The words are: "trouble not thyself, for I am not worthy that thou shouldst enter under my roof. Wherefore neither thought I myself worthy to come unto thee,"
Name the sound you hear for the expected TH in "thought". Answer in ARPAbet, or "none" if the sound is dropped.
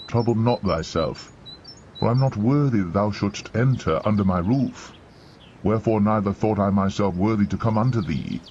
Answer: TH